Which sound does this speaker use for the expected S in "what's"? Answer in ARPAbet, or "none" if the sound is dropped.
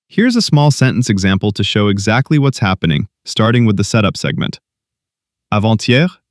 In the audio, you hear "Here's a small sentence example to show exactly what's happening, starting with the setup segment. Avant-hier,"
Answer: S